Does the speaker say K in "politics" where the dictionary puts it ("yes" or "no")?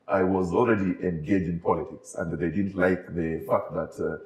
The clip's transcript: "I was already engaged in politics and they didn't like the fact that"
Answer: yes